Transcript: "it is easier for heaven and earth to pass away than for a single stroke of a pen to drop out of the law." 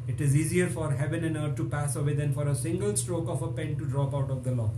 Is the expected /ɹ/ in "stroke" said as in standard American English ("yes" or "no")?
yes